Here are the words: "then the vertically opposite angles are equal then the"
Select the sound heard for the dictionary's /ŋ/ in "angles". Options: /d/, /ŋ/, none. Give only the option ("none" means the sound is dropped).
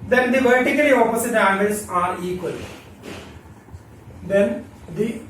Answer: none